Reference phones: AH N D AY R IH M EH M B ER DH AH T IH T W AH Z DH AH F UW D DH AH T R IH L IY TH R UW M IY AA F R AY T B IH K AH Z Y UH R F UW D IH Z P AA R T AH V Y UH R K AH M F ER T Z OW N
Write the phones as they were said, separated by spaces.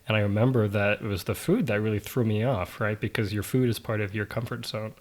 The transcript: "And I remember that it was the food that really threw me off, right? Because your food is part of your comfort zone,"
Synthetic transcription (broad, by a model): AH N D AY R IH M EH M B ER DH AH T IH T W AH Z DH AH F UW D DH AH T R IH L IY TH R UW M IY AA F R AY T B IH K AH Z Y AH R F UW D IH Z P AA R T AH V Y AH R K AH M F ER T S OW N